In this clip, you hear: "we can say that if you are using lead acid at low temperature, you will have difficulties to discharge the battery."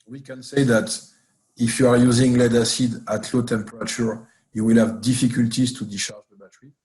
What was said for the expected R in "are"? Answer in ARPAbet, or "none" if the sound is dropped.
R